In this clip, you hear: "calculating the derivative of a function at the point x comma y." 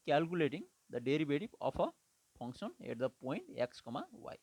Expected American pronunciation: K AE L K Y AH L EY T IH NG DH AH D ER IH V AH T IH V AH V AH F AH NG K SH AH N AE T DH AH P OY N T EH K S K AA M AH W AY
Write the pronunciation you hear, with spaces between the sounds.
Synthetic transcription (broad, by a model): K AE L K Y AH L EY T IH NG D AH D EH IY B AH T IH P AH P AH P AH NG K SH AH N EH T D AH P OY N T EH K S K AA M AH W AY